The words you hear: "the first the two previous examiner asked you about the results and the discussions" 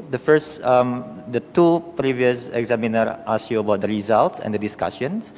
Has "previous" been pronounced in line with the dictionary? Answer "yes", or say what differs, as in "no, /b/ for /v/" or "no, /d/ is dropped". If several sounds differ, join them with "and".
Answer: yes